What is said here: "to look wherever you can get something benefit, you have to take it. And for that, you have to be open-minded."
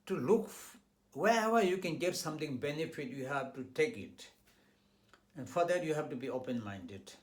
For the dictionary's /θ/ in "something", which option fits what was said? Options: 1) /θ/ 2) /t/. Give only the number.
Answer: 2